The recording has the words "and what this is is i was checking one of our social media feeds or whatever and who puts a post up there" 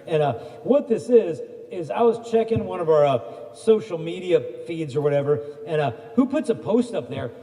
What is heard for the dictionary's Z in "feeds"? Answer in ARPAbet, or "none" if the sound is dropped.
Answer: Z